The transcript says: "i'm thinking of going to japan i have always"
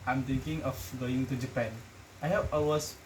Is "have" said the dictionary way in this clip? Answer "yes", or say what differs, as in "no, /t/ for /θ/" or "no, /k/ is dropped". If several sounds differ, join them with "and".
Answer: no, /p/ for /v/